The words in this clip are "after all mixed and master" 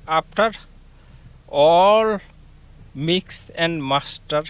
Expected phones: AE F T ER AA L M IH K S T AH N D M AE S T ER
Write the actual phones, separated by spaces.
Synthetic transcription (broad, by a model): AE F T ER AA L M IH K S AH N D M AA S T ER